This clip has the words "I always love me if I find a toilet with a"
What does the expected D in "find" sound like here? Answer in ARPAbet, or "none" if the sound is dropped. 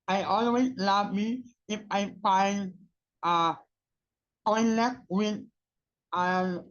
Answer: none